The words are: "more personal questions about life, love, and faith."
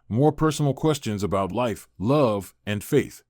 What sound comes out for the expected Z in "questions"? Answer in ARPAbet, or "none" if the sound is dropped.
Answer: Z